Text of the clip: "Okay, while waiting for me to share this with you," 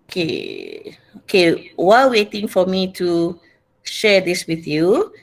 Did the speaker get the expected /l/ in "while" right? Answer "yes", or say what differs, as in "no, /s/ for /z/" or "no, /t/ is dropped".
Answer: no, /w/ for /l/